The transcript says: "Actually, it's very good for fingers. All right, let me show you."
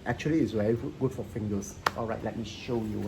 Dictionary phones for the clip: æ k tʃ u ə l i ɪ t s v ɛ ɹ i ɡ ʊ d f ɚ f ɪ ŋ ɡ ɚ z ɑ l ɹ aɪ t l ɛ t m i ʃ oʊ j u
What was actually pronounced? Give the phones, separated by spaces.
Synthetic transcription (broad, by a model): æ k tʃ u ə l i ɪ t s w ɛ i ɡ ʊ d f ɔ f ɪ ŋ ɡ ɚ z ɑ l ɹ aɪ t l ɛ t m i ʃ oʊ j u